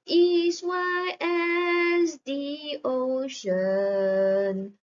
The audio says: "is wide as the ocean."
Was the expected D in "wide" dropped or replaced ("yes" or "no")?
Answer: yes